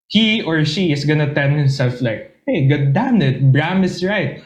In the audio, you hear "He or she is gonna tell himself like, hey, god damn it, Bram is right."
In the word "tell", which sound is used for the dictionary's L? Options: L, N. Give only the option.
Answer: N